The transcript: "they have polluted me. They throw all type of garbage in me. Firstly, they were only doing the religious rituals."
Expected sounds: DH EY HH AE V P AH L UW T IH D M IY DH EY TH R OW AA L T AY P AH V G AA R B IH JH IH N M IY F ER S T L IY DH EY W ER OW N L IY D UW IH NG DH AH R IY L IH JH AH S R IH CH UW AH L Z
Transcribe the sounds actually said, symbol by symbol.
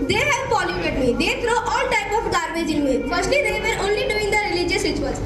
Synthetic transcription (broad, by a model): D EY HH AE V F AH L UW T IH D M IY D EY T R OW AA L T AY P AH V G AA R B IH JH IH N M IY F ER S T L IY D EY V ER OW N L IY D UW IH NG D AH R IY L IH JH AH S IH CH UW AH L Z